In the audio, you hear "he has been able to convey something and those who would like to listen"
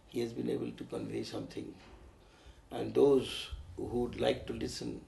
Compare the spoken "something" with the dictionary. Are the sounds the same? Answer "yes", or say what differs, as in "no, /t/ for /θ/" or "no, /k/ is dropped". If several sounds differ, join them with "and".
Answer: no, /t/ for /θ/